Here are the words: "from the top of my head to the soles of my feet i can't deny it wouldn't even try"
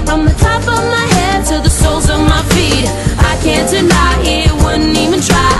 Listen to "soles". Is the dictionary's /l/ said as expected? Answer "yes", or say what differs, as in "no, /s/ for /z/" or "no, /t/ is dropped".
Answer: yes